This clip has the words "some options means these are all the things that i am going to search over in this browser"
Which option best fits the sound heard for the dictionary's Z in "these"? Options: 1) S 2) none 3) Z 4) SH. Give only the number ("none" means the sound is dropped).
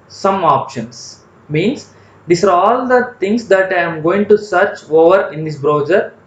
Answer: 1